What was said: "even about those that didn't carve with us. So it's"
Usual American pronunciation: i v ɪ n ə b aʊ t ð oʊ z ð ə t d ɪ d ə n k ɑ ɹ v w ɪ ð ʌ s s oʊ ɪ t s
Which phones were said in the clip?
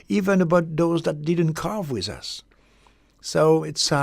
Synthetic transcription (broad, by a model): i v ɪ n ə b aʊ t ð oʊ z ð ə t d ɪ d n k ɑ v w ɪ ð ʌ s s oʊ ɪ t s